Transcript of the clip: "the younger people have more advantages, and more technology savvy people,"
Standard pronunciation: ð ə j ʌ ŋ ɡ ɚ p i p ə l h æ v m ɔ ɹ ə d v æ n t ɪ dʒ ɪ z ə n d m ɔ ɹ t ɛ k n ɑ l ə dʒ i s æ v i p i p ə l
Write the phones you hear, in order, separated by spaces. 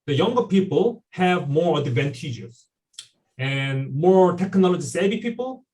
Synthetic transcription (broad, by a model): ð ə j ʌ ŋ ɡ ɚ p i p ə l h æ v m ɔ ɹ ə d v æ n t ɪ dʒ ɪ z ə n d m ɔ ɹ t ɛ k n ɑ l ə dʒ i s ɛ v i p i p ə l